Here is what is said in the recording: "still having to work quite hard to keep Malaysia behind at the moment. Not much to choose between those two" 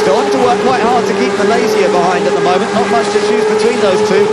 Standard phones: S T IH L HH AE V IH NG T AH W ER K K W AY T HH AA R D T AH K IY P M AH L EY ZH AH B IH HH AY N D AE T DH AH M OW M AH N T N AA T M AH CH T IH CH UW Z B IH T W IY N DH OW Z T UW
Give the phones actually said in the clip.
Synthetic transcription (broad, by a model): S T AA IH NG T AH W ER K K W AY T HH AA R D T AH K IY P M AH L EY Z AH B IH HH AY N D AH T DH AH M OW M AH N N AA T M AH CH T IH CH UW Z B IH T W IY N DH OW Z T UW